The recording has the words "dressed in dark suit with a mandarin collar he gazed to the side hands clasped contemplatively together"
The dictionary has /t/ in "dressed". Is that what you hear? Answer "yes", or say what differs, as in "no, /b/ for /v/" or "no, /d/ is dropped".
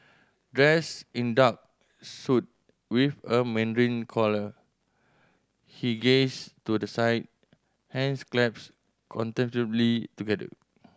no, /t/ is dropped